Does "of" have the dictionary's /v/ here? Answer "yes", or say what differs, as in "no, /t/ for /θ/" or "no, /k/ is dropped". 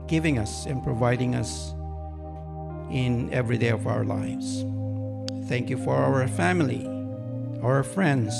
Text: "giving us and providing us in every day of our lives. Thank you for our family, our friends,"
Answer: yes